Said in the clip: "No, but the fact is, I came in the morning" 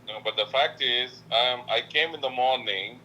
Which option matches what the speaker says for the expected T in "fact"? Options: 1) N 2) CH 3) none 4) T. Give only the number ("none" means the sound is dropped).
4